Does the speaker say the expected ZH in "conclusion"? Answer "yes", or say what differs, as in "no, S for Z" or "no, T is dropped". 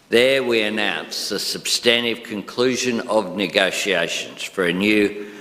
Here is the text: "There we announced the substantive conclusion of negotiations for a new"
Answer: yes